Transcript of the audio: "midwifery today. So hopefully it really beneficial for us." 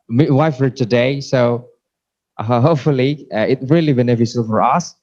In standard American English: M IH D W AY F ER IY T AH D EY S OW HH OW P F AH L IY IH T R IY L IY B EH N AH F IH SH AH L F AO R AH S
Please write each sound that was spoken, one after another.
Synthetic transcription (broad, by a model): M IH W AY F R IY T AH D EY S OW HH OW P F AH L IY IH T R IY L IY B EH N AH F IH S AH L F AO R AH S